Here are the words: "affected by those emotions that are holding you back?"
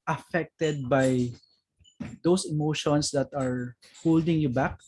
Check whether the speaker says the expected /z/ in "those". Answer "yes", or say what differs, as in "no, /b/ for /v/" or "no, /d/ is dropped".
no, /s/ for /z/